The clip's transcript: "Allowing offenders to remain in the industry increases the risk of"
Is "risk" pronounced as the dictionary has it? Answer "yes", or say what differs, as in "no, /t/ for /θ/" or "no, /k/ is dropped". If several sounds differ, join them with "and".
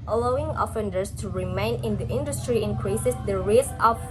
no, /k/ is dropped